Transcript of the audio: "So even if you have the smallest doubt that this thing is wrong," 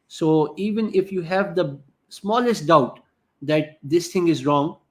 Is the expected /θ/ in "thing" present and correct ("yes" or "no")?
no